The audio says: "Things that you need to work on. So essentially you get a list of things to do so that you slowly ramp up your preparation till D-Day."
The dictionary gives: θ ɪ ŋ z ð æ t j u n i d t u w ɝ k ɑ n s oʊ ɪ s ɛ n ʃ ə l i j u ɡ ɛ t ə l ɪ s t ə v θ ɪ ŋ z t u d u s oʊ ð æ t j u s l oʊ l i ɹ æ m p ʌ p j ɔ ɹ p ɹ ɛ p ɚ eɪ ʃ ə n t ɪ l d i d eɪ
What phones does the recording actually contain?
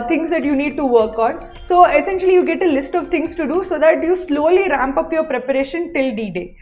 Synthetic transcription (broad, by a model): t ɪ ŋ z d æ t j u n i d t u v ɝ k ɑ n s oʊ ɪ s ɛ n ʃ ə l i j u ɡ ɛ t ə l ɪ s t ə v t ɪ ŋ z t u d u s oʊ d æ t j u s l oʊ l i ɹ æ m p ʌ p j ɔ ɹ p ɹ ɛ p ɚ eɪ ʃ ə n t ɪ l d i d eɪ